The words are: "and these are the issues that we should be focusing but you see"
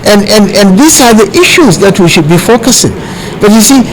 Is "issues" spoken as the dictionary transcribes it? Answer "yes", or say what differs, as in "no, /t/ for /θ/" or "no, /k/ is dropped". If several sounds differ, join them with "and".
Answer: yes